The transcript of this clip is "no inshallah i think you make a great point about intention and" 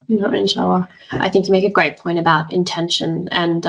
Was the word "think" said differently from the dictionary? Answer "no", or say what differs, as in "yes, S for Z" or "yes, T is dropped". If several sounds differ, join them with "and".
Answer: no